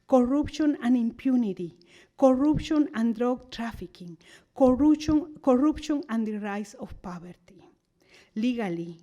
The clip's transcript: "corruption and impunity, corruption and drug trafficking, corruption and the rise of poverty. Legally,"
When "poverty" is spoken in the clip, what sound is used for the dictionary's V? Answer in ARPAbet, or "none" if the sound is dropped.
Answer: B